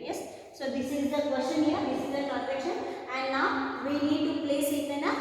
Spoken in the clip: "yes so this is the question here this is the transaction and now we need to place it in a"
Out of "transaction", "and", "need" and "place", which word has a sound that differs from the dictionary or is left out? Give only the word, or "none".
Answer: transaction